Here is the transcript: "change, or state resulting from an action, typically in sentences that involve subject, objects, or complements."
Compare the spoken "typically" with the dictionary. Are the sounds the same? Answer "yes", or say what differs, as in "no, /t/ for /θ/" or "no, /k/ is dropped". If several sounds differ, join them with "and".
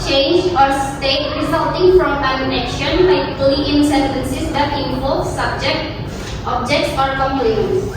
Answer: no, /p/ is dropped